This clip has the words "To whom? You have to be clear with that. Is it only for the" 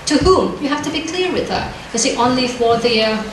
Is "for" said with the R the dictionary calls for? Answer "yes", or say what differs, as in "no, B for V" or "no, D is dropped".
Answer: no, W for R